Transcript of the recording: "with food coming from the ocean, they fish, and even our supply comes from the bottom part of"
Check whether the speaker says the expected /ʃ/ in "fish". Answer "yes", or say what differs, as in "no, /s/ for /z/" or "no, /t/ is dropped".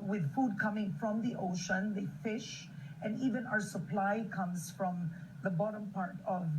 yes